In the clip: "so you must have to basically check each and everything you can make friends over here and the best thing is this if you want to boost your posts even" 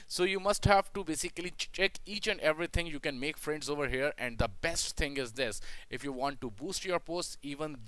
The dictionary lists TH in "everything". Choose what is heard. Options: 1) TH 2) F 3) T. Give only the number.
3